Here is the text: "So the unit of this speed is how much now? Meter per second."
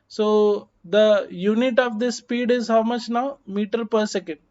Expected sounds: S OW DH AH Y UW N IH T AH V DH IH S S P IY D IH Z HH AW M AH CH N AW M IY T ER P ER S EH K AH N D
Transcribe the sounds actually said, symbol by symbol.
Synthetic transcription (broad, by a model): S OW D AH Y UW N IH T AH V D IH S S P IY D IH Z HH AW M AH CH N AW M IY T ER P ER S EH K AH N D